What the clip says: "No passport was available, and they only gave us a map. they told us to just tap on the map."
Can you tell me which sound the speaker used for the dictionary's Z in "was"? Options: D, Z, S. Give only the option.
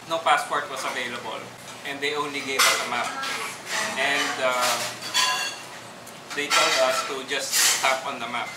S